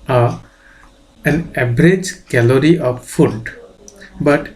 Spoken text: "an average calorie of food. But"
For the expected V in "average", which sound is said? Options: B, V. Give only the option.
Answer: B